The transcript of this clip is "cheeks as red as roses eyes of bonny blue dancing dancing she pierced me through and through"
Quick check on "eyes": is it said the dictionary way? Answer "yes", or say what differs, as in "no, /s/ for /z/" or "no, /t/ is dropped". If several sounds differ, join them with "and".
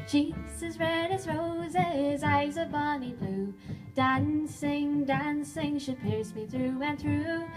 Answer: yes